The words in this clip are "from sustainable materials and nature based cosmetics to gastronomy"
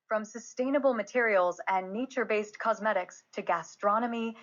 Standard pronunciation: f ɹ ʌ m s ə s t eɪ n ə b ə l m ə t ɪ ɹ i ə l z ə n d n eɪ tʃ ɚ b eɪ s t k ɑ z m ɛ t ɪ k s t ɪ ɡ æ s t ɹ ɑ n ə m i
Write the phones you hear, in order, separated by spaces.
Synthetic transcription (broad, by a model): f ɹ ʌ m s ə s t eɪ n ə b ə l m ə t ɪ ɹ i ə l z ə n n eɪ tʃ ɚ b eɪ s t k ɑ z m ɛ t ɪ k s t ɪ ɡ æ s t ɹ ɑ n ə m i